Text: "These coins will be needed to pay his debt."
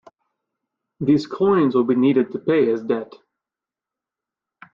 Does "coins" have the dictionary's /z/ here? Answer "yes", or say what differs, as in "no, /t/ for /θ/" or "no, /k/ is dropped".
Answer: yes